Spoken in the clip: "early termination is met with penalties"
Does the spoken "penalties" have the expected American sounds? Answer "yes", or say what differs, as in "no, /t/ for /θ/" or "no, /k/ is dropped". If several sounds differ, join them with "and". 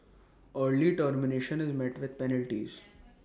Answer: yes